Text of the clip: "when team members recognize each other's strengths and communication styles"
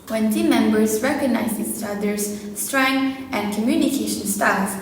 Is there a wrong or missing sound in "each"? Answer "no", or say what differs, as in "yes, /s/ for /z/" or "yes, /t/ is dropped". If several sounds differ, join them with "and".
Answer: yes, /s/ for /tʃ/